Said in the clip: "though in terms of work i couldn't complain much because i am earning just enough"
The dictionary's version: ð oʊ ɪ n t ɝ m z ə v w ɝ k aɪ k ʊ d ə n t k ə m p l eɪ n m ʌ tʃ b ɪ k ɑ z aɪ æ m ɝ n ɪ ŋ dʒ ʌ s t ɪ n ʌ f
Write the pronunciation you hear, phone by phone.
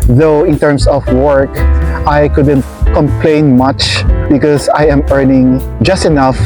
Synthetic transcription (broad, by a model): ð oʊ ɪ n t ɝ m s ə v w ɝ k aɪ k ʊ d ə n t k ə m p l eɪ n m ʌ tʃ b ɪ k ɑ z aɪ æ m ɝ n ɪ ŋ dʒ ʌ s t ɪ n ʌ f